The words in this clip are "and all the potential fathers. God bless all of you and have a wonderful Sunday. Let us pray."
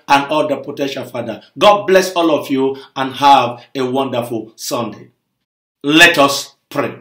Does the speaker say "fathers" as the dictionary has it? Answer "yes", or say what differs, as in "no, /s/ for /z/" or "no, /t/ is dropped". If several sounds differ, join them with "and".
no, /z/ is dropped